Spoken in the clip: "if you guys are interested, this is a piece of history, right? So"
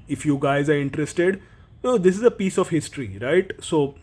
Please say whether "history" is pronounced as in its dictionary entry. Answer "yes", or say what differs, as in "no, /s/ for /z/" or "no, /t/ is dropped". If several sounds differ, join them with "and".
yes